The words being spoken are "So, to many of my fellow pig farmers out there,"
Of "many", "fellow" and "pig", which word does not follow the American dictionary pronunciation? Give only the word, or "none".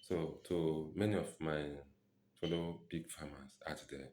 pig